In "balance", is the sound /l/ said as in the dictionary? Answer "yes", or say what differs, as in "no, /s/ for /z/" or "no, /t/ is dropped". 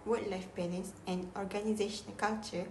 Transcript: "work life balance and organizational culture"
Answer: no, /n/ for /l/